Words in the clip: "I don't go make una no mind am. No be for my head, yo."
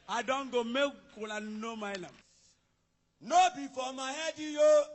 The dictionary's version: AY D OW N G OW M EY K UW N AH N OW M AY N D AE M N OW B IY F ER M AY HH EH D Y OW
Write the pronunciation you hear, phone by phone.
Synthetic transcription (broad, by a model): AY D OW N G OW M EY K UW L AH N OW M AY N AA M N OW B IY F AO M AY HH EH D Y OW